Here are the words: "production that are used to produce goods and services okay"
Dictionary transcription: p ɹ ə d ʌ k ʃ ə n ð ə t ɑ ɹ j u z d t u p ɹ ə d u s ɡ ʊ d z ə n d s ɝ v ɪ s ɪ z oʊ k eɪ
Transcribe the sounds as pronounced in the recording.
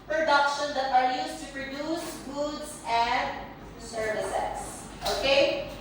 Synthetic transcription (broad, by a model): p ɹ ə d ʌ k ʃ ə n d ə t ɑ ɹ j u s t u p ɹ ə d u s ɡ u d s ə n d s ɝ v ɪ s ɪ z oʊ k eɪ